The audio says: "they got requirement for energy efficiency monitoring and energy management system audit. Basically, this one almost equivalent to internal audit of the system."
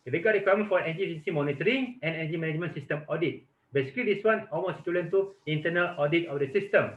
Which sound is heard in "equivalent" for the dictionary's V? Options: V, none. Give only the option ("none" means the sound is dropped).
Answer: none